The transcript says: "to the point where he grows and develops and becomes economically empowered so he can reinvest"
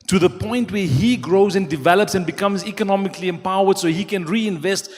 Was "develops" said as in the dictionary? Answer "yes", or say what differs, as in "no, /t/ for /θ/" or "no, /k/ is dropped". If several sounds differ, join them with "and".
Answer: yes